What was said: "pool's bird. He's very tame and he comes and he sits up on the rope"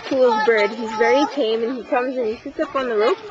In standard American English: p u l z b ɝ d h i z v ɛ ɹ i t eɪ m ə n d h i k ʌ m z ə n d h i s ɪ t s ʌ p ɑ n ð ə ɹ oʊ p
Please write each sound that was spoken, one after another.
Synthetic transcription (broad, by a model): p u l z b ɝ d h i z v ɛ ɹ i t eɪ m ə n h i k ʌ m z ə n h i s ɪ t s ʌ p n ð ə ɹ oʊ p